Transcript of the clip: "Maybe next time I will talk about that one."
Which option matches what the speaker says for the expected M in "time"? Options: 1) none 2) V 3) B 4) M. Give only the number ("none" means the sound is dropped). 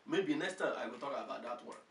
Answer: 1